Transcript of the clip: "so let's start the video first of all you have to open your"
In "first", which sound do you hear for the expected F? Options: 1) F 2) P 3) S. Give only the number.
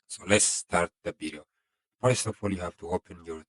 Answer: 2